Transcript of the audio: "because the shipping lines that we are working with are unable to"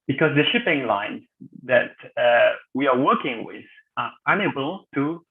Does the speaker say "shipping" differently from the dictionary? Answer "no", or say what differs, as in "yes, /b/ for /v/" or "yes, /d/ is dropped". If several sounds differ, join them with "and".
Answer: no